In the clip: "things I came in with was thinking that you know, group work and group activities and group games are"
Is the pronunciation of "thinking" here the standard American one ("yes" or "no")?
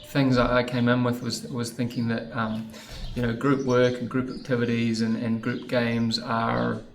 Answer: yes